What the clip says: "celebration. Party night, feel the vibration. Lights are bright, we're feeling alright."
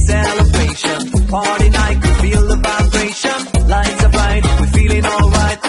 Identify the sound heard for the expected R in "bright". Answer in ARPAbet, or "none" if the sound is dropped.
none